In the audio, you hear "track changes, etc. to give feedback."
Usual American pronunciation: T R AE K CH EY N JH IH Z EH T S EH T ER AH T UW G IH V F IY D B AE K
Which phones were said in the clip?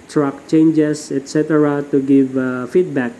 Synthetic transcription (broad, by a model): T R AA K CH EY N JH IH S EH T S EH T ER AH T UW G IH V F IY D B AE K